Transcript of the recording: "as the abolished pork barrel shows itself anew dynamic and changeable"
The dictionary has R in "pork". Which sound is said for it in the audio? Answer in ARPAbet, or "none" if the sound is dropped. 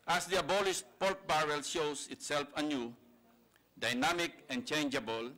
L